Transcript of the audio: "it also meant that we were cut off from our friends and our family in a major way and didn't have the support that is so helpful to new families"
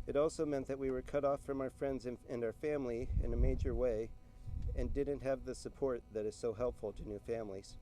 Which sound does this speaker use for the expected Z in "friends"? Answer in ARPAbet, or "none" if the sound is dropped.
Z